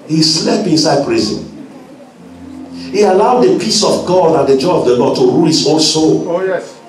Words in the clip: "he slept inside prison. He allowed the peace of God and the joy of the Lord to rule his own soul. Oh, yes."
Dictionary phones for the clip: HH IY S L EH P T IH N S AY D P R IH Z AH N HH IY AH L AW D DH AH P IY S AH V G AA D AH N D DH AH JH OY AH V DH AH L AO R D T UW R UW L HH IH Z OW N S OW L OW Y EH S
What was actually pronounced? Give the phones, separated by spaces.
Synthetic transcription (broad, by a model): HH IY S L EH P IH N S AY D P R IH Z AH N HH IY AH L AW D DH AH P IY S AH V G AA D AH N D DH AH JH OY AH V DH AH L AO D T UW R UW L HH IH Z OW N S OW L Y